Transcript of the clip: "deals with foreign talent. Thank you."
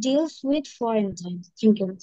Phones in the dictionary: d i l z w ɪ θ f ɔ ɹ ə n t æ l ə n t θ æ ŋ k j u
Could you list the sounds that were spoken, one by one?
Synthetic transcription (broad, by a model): d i l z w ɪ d f ɔ ɹ ə n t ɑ ə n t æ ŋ k j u